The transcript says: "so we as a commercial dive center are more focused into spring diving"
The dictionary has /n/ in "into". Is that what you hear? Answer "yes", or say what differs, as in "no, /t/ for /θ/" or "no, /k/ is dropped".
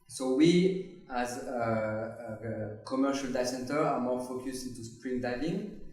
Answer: yes